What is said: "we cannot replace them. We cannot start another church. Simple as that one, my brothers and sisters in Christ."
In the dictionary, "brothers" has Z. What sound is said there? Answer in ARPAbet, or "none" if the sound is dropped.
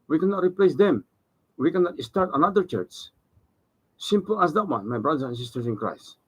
none